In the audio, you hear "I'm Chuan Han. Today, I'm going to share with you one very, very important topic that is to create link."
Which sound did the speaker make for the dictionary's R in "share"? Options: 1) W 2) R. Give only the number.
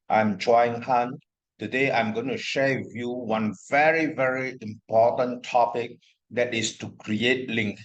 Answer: 1